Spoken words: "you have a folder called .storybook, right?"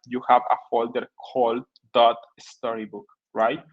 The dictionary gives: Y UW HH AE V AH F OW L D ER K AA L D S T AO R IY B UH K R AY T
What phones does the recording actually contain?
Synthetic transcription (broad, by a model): Y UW HH AE V AH F OW L D ER K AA L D S T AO R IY B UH K R AY T